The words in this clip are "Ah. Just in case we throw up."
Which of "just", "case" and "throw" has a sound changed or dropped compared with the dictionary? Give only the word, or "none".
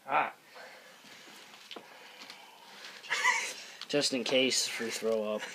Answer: none